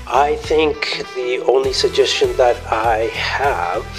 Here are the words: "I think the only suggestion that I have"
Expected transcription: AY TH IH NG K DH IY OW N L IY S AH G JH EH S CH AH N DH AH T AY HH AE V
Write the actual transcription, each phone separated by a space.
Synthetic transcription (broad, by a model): AY TH IH NG K DH IY OW N L IY S AH G JH EH S CH AH N DH AH T AY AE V